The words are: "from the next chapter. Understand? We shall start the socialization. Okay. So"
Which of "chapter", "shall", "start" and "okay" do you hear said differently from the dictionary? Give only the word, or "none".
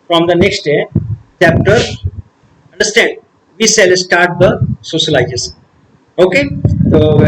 shall